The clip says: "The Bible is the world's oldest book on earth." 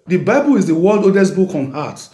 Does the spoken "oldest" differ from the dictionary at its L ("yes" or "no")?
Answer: yes